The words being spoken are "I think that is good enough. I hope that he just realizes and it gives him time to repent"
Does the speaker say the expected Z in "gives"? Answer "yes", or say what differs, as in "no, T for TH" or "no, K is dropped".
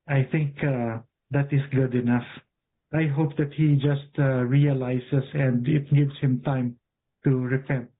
no, S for Z